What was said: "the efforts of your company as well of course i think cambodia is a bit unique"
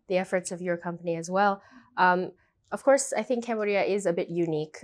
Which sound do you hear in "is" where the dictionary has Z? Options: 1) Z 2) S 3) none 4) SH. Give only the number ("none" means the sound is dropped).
1